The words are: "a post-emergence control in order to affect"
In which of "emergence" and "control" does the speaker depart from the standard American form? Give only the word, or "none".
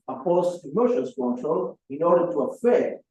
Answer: emergence